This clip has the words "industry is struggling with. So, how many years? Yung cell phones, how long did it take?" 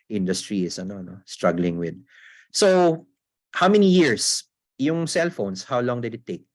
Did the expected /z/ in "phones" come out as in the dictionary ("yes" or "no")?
no